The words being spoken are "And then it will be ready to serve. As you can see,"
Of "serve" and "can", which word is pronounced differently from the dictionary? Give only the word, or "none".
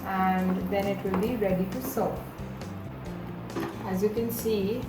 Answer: serve